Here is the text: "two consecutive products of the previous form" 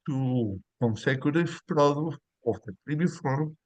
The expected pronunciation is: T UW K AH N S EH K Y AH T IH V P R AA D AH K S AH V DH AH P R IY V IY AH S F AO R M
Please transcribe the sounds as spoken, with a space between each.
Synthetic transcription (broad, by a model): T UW K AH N S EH K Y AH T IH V P R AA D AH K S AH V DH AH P R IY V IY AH F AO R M